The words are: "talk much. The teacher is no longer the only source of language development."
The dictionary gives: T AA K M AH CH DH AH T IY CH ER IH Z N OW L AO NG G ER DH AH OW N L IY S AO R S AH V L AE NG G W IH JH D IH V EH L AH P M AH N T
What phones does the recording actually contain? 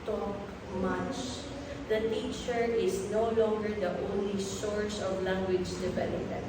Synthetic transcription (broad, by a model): T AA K M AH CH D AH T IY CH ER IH S N OW L AO NG G ER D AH OW N L IY S AO R S AH V L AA NG G W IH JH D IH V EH L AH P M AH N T